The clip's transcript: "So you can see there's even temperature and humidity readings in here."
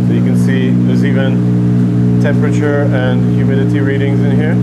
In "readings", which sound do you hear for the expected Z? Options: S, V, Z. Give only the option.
Z